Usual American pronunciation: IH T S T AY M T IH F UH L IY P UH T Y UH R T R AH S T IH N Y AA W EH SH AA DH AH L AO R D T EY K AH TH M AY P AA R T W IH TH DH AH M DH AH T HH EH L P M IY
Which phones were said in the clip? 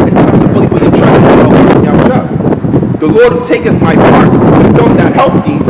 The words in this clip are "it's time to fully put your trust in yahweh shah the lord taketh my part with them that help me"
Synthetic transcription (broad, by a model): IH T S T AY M T IH F UH L IY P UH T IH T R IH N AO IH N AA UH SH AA DH AH L AO R D T EY K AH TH M AY P AA R T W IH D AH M DH AH T HH EH L P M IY